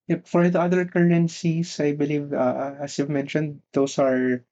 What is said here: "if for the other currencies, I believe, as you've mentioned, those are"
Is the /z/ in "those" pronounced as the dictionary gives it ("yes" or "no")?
no